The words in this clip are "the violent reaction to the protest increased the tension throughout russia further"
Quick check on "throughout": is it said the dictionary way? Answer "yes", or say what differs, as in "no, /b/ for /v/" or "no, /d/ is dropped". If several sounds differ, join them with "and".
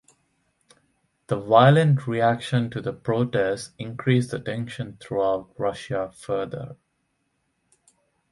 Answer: no, /t/ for /θ/